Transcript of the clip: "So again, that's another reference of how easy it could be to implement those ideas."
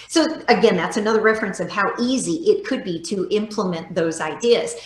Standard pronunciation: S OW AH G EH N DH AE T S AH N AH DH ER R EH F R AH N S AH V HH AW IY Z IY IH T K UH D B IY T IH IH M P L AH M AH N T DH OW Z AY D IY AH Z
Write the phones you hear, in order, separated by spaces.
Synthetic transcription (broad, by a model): S OW AH G EH N DH AE T S AH N AH DH ER R EH F R AH N S AH V HH AW IY Z IY IH T K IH D B IY T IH IH M P L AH M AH N DH OW Z AY D IY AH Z